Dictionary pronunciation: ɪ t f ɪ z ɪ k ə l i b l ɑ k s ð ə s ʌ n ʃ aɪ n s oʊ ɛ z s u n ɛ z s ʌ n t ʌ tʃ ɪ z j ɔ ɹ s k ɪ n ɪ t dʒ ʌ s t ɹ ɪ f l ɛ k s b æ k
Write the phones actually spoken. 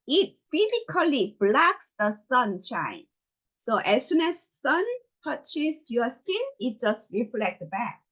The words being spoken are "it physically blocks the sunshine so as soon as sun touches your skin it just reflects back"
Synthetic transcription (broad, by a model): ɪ t f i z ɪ k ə l i b l ɑ k s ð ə s ʌ n ʃ aɪ n s oʊ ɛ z s u n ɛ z s ʌ n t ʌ tʃ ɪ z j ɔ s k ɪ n ɪ t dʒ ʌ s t ɹ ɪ f l ɛ k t b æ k